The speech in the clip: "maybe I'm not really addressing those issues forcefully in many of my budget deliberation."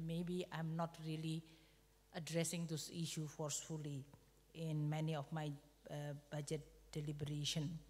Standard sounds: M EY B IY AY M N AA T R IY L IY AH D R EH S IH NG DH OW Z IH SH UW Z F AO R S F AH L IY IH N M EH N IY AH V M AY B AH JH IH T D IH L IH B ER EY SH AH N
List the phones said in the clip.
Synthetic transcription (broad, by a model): M EY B IY AY M N AA T R IY L IY AH D R EH S IH NG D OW S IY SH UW F AO R S F AH L IY IH N M EH N IY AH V M AY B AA JH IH T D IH L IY B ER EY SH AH N